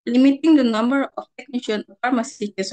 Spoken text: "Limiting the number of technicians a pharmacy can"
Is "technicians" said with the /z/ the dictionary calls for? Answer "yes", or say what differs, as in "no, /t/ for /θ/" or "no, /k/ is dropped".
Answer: no, /z/ is dropped